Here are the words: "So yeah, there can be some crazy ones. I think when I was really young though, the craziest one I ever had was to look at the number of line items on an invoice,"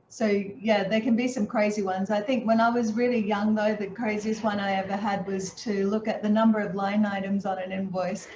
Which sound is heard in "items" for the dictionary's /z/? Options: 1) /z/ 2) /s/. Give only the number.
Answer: 1